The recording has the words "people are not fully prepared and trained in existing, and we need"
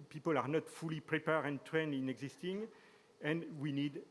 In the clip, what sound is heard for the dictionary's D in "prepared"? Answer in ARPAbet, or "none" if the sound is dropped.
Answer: none